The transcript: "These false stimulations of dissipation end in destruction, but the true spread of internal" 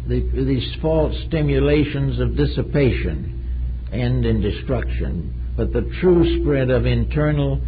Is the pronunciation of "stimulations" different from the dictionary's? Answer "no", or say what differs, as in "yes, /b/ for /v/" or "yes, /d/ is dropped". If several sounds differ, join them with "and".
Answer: no